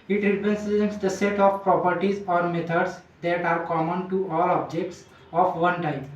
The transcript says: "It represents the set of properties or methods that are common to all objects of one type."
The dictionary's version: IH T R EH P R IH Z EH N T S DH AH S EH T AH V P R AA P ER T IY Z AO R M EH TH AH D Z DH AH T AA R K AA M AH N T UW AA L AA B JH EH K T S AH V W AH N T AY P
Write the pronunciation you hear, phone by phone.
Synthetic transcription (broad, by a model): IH T R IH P IH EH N S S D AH S EH T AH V P R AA P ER T IY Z AO R M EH T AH D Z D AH T AA R K AA M AH N T UW AA L AA B JH EH K T S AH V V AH N T AY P